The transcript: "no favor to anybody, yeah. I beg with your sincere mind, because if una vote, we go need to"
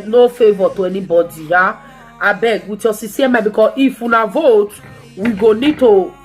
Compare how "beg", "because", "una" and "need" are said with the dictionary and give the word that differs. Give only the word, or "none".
because